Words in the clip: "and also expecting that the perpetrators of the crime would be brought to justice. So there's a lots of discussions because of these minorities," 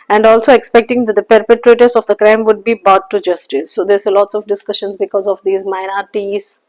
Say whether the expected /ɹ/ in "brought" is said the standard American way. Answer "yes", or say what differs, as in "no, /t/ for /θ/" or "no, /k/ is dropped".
no, /ɹ/ is dropped